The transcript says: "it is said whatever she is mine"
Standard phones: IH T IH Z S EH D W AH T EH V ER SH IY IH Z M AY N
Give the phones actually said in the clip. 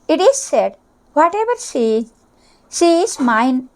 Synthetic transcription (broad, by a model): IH T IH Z S EH D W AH T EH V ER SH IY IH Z M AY N